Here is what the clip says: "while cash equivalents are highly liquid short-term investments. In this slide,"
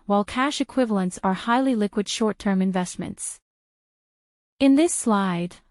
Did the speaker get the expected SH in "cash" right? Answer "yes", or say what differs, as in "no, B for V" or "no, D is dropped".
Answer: yes